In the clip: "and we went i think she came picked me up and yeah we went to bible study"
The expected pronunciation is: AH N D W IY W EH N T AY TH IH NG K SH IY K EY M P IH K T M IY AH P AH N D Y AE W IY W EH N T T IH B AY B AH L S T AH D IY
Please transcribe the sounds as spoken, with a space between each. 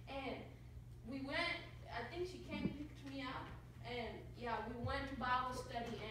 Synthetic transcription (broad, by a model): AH N W IY W EH N T AY TH IH NG K SH IY K EY M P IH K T M IY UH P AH N Y AE W IY W EH N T T IH B AY AH S T AH D IY